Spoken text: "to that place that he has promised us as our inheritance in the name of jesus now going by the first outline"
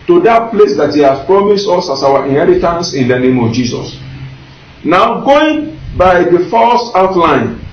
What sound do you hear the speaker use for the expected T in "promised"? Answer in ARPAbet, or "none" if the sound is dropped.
T